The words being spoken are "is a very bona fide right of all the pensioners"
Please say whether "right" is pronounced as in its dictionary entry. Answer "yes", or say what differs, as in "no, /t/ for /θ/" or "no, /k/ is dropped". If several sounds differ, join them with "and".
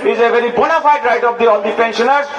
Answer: yes